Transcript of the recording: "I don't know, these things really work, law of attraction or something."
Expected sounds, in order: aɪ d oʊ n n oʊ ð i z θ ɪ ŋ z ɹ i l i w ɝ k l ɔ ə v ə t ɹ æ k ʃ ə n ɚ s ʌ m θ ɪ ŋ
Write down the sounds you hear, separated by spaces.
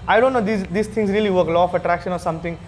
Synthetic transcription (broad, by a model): aɪ d oʊ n n oʊ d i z s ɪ ŋ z ɹ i l i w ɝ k l ɔ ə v ə t ɹ æ k ʃ ə n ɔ s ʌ m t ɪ ŋ